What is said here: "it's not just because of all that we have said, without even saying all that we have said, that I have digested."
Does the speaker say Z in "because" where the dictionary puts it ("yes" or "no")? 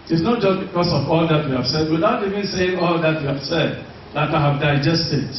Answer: no